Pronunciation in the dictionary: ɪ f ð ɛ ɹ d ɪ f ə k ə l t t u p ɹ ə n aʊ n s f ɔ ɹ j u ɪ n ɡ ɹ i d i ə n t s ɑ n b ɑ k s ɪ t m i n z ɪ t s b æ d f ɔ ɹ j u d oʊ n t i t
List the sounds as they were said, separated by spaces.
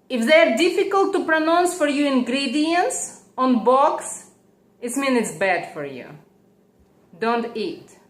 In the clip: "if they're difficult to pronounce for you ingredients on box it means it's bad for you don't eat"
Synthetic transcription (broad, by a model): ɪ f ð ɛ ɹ d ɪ f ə k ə l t t u p ɹ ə n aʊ n s f ɔ ɹ j u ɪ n ɡ ɹ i d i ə n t s ɑ n b ɑ k s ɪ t m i n ɪ t s b æ d f ɔ ɹ j u d oʊ n t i t